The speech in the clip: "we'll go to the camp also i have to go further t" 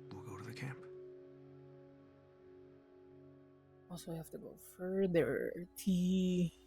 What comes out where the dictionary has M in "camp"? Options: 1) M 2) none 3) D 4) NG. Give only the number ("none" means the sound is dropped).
1